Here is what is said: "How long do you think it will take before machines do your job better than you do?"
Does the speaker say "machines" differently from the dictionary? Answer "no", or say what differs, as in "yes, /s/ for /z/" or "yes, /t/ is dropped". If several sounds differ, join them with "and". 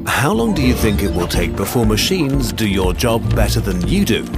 no